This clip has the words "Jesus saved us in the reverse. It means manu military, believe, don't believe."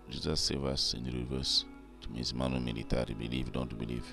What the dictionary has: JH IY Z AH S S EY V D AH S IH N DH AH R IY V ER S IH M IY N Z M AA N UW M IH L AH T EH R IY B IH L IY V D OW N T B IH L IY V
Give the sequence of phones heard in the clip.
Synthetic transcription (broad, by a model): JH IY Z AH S S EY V AH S IH N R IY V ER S IH M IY Z M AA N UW M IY L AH T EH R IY B IH L IY V D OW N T B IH L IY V